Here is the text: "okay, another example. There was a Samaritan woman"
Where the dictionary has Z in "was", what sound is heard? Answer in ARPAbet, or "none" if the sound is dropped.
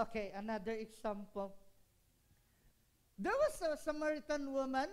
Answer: S